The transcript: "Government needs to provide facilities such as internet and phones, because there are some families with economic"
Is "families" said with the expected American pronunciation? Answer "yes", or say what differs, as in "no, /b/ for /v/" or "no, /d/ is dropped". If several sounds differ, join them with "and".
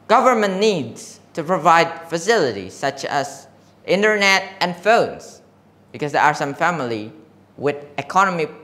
no, /z/ is dropped